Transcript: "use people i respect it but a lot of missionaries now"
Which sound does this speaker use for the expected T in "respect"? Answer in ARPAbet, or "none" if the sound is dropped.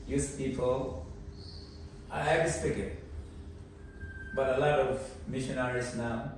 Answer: none